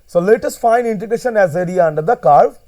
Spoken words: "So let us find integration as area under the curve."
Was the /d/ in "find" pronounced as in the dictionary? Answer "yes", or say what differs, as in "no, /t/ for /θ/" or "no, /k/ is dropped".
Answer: no, /d/ is dropped